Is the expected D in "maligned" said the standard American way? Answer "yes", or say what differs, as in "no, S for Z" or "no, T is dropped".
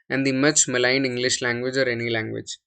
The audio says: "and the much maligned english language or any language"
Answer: no, D is dropped